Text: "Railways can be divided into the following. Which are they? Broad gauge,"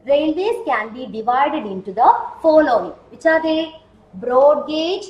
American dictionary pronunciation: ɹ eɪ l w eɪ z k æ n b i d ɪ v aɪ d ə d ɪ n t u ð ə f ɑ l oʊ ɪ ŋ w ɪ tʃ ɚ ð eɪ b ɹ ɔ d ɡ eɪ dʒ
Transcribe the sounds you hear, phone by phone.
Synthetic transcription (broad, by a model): ɹ eɪ l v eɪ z k æ n b i d ɪ v aɪ d ə d ɪ n t u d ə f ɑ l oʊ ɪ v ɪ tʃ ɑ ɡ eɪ b ɹ ɔ d ɡ eɪ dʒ